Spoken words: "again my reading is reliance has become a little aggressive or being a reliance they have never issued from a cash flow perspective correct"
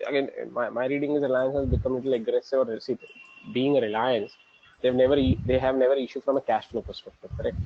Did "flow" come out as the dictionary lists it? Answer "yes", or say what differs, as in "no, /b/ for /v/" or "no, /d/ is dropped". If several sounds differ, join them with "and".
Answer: no, /n/ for /l/